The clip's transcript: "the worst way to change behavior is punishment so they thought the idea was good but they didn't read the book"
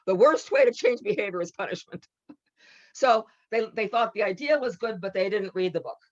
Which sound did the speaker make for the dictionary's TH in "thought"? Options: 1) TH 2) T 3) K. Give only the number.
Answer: 1